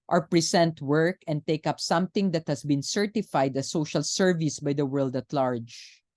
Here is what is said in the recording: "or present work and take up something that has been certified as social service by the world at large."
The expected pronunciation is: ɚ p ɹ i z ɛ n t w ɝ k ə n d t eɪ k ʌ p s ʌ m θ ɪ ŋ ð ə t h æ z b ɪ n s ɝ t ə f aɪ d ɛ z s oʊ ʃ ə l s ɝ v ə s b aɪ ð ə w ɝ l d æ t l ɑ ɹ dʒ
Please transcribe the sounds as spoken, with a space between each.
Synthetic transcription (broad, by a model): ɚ p ɹ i s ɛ n t w ɝ k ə n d t eɪ k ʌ p s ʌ m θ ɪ ŋ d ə t h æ s b ɪ n s ɝ t ə f aɪ d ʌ s oʊ ʃ ə l s ɝ v ə s b aɪ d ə w ɝ l d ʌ t l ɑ ɹ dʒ